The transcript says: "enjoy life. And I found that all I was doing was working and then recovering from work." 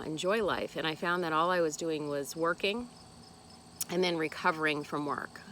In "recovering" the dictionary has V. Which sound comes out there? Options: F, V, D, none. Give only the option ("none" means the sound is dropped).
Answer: V